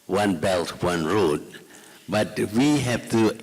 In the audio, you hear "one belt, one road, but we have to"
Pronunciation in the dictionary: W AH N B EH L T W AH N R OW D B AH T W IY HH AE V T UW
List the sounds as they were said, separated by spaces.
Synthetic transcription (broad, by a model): W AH N B EH L T W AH N R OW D B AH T W IY HH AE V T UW